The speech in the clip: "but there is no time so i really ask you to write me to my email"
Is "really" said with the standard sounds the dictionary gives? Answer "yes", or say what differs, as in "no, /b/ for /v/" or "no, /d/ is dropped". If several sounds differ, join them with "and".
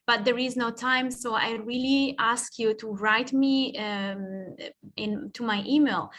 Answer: yes